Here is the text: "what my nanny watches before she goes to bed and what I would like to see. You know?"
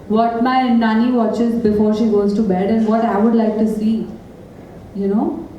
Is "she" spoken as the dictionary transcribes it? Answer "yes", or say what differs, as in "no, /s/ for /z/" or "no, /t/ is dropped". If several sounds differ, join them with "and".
yes